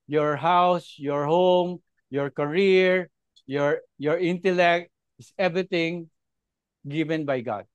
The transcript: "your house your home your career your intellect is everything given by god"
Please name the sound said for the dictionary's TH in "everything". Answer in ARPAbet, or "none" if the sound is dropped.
T